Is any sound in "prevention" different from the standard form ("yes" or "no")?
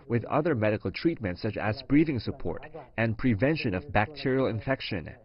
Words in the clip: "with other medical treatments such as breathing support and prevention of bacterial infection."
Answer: no